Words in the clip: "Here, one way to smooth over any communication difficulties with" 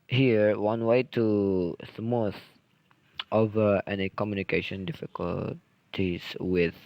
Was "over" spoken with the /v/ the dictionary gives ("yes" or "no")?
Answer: yes